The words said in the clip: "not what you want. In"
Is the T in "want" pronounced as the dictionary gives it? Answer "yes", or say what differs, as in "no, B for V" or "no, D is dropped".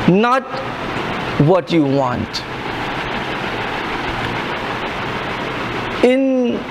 yes